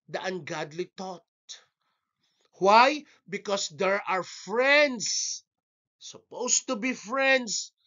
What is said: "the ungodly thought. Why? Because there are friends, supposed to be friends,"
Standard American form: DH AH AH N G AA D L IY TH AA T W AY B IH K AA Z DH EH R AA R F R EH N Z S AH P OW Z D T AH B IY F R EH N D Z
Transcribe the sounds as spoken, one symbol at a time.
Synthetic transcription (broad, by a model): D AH AH N G AA D L IY T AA T W AY B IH K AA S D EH R AA R F R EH N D S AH P OW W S T AH B IY F R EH N D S